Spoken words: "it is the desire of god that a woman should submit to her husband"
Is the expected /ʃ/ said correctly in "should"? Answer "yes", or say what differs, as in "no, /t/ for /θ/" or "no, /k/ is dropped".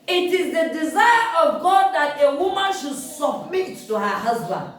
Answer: yes